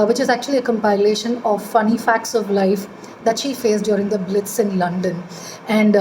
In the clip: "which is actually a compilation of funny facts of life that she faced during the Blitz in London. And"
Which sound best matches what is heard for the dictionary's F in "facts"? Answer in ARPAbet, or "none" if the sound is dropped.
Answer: F